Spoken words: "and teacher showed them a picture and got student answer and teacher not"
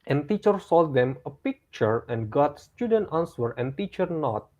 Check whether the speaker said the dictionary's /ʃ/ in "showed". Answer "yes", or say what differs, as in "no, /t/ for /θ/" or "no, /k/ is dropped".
no, /s/ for /ʃ/